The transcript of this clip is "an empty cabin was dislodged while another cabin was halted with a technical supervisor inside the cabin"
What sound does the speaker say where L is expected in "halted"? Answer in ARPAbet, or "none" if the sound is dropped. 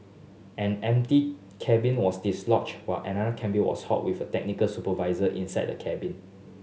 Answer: none